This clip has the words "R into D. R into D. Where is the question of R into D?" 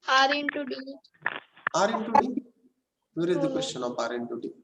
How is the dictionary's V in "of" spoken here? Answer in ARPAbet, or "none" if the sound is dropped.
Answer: P